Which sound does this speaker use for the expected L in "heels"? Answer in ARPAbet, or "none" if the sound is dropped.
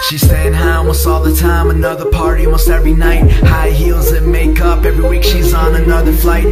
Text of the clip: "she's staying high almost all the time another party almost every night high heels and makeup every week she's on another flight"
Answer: L